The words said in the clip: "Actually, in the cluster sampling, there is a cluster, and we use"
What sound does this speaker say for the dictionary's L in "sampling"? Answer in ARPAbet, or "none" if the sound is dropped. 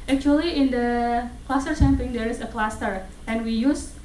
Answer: none